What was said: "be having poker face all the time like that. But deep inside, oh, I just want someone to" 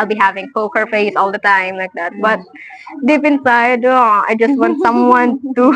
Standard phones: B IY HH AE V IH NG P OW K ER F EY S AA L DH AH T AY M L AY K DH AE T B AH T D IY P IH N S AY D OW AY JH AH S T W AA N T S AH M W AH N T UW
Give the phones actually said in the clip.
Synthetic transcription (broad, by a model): B IY HH AE V IH NG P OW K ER F EY S AA L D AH T AY M L AY K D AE T B AH T D IY P IH N S AY D OW AY JH AH S T W AA N T S AH M W AH N T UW